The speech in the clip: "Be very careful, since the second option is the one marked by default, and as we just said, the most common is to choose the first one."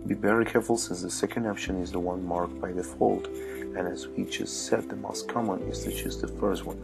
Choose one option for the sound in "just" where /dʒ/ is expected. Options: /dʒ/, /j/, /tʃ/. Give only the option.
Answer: /tʃ/